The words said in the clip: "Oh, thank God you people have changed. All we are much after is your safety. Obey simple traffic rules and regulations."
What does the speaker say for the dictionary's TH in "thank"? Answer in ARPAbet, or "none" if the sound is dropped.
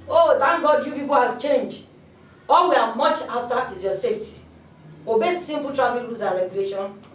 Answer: T